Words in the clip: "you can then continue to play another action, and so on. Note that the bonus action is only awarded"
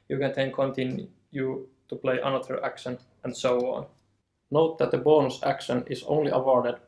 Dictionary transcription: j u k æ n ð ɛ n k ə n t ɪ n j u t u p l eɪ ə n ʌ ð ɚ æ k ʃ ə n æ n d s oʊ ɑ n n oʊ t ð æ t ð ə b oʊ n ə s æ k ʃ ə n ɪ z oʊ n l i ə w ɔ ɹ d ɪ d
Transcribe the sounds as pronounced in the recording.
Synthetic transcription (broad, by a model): j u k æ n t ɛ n k ə n t ɪ n j u t u p l eɪ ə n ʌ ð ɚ æ k ʃ ə n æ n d s oʊ ɑ n n oʊ t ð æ t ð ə b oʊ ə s æ k ʃ ə n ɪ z oʊ n l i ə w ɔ ɹ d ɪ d